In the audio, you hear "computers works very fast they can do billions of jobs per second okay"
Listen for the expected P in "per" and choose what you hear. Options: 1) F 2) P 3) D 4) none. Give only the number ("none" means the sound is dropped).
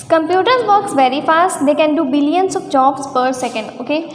2